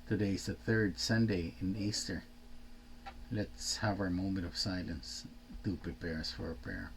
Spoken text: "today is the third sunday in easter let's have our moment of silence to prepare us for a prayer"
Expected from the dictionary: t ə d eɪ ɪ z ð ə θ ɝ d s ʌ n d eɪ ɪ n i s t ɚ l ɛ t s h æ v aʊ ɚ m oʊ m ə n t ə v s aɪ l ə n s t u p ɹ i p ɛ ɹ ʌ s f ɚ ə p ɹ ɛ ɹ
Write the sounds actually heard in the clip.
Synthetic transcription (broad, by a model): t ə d eɪ ɪ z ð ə θ ɝ d s ʌ n d eɪ ɪ n i s t ɚ l ɛ t s h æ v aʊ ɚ m oʊ m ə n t ə v s aɪ l ə n s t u p ɹ i p ɛ ɹ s f ɚ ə p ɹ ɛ ɹ